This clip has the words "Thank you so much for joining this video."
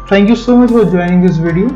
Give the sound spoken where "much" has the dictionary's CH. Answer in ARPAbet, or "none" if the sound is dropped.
CH